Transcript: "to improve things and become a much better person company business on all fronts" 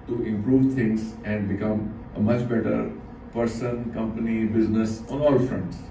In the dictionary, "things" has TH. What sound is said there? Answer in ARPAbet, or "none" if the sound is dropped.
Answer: T